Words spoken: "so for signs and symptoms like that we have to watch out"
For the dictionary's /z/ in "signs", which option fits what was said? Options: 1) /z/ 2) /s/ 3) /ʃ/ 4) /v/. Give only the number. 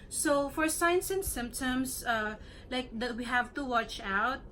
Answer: 2